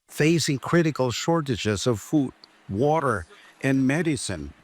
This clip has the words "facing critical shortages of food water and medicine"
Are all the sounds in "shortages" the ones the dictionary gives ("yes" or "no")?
yes